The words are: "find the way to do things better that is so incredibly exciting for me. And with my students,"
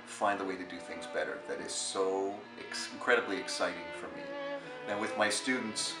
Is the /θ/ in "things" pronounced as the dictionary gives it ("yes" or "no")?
yes